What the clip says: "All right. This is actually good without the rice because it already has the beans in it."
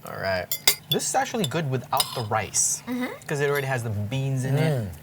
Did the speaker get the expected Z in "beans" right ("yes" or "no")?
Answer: yes